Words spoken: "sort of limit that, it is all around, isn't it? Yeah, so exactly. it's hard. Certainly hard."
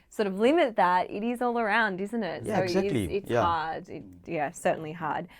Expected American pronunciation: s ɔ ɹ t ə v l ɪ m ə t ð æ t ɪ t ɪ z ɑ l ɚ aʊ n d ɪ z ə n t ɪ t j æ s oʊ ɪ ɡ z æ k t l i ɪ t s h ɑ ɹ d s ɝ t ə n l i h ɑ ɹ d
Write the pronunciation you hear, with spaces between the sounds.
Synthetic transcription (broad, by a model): s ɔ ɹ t ə v l ɪ m ə t ð æ t ɪ t ɪ z ɑ l ɚ aʊ n d ɪ z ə n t ɪ t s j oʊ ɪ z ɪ t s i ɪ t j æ s ɝ t n l i h ɑ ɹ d